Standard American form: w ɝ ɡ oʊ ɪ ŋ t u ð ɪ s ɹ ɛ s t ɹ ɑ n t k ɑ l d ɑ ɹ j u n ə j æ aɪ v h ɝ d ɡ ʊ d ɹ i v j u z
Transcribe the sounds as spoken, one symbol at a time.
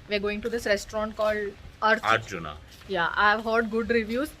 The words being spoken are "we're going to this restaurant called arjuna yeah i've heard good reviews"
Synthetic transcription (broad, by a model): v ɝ ɡ oʊ ɪ ŋ t u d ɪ s ɹ ɛ s t ɹ ɑ n t k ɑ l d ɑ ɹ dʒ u n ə j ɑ aɪ v h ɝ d ɡ ʊ d ɹ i v j u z